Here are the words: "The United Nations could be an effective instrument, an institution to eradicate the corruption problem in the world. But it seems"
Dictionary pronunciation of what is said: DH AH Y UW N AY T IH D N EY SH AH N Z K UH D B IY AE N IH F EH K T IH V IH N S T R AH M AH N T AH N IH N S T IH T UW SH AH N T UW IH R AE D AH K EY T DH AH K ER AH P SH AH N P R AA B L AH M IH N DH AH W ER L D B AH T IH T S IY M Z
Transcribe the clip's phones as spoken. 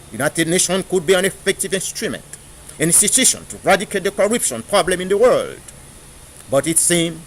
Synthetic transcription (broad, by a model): Y UW N AY T IH D N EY SH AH N K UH D B IY AE N IH F EH K T IH V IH N S T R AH M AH N T AH N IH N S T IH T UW SH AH N T UW R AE D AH K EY T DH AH K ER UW P SH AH N P R AA B L AH M IH N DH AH W ER L D B AH T IH T S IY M